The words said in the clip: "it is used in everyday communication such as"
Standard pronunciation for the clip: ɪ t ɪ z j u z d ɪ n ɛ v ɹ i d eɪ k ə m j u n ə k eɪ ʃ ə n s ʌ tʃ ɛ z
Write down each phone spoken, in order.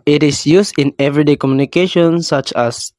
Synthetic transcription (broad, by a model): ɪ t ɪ s j u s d ɪ n ɛ v ɹ i d eɪ k ə m j u n ə k eɪ ʃ ə n s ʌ tʃ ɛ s